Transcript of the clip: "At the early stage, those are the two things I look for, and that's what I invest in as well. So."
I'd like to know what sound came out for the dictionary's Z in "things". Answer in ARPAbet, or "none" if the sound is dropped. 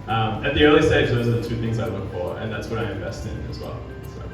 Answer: Z